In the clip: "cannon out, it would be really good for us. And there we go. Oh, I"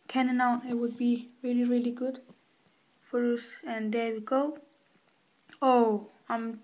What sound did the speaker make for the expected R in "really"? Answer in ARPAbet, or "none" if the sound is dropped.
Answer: R